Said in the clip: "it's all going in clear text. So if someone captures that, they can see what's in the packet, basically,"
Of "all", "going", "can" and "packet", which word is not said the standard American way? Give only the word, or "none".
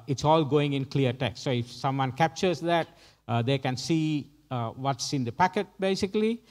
none